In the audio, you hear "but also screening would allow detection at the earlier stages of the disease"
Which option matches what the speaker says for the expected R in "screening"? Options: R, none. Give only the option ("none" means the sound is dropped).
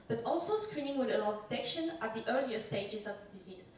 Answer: R